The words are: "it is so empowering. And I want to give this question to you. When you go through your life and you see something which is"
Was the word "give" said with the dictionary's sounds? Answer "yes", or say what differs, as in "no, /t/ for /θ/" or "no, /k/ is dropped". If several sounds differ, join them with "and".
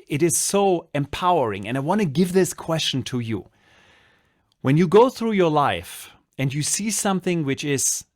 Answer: yes